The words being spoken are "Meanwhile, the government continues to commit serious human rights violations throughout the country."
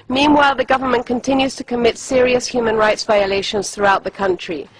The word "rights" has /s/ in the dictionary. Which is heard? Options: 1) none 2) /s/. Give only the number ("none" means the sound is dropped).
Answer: 2